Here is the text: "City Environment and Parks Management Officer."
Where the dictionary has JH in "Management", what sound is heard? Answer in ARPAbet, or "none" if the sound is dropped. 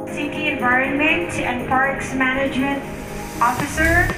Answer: JH